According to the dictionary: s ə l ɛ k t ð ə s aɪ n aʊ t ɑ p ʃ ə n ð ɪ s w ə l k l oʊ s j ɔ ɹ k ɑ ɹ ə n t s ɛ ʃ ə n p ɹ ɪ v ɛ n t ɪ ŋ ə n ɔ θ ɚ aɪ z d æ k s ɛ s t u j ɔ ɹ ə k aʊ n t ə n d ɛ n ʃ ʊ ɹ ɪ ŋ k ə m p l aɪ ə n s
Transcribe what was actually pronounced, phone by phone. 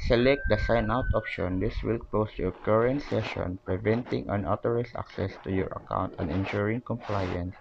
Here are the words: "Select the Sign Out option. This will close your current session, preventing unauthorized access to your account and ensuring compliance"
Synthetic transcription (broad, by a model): s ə l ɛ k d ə s aɪ n aʊ t ɑ p ʃ ə n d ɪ s w ə l k l oʊ s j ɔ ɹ k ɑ ɹ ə n t s ɛ ʃ ə n p ɹ ɪ v ɛ n t ɪ ŋ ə n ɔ t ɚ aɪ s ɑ k s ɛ s t u j ɔ ɹ ə k aʊ n t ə n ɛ n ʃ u ɹ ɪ ŋ k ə m p l aɪ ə n s